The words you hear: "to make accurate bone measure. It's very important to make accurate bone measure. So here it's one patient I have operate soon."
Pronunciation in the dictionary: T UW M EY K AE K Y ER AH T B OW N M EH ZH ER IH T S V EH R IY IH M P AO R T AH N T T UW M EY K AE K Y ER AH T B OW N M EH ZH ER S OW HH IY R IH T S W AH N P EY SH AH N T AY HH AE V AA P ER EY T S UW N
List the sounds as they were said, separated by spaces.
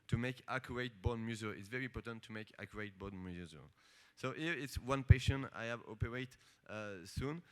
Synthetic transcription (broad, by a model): T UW M EY K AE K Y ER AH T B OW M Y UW Z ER IH T S V EH R IY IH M P AO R T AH N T T UW M EY K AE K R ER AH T B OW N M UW Z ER S OW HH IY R IH T S W AH N P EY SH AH N AY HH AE V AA P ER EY T S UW N